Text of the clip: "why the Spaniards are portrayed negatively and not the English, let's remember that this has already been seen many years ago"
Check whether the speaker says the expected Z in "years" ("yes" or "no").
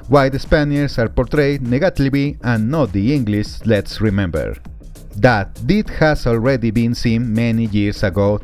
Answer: no